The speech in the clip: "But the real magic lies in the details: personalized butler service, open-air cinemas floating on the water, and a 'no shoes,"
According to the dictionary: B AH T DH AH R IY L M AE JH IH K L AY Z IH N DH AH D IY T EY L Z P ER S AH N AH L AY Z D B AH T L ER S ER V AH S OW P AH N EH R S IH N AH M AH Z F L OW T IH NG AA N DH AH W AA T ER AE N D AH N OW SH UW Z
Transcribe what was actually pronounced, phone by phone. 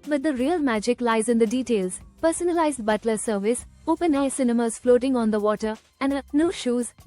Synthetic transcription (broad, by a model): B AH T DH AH R IY L M AE JH IH K L AY Z IH N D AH D IY T EY L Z P ER S AH N AH L AY Z D B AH T L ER S ER V AH S OW P AH N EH S IH N AH M AH Z F L OW T IH NG AA N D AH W AA T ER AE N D AH N OW SH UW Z